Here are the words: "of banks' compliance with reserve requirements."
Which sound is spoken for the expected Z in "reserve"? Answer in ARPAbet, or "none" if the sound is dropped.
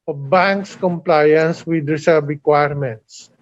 S